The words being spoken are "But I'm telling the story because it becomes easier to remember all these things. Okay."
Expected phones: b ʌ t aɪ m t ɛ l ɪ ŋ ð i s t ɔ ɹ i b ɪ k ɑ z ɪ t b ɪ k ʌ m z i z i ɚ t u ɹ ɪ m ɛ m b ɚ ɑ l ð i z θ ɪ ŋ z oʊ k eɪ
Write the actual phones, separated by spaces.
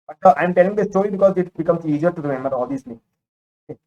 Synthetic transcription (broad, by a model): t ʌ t aɪ m t ɛ l ɪ ŋ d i s t ɔ ɹ i b ɪ k ɑ z ɪ t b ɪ k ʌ m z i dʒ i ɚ t u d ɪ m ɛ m ɚ ɑ l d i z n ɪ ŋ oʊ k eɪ